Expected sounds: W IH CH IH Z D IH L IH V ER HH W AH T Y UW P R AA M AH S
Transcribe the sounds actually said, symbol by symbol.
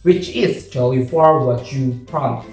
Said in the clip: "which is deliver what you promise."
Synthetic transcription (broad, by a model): W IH CH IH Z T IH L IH F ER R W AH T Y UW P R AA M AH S